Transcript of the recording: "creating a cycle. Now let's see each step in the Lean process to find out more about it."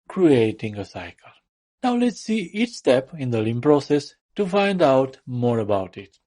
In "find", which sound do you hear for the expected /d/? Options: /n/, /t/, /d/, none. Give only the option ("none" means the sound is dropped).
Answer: /d/